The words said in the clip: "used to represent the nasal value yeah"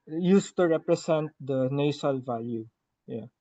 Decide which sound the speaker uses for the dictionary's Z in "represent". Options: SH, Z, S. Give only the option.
S